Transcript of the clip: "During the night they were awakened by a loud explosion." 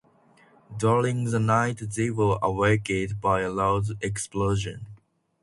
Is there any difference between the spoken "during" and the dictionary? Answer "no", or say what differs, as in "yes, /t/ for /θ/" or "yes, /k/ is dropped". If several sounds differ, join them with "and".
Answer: yes, /l/ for /ɹ/